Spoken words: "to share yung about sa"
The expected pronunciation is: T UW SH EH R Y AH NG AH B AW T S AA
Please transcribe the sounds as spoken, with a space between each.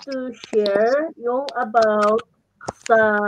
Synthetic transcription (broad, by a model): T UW SH EH R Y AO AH B AW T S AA